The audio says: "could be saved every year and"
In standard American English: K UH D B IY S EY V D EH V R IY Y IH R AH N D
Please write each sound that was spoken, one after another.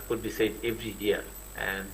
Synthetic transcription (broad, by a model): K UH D B IY S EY D EH V R IY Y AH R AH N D